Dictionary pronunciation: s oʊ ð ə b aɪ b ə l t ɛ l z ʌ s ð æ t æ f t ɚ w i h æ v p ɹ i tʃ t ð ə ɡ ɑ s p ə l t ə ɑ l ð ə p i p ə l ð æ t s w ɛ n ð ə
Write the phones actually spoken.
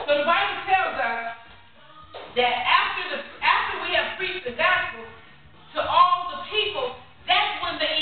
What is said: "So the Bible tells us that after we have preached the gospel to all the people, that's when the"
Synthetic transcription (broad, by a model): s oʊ ð ə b aɪ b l t ɛ l z ʌ s ð æ t æ f t ɚ w i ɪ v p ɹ i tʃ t ð ə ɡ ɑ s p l t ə ɑ l ð ə p i p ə l ð æ t s w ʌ n ð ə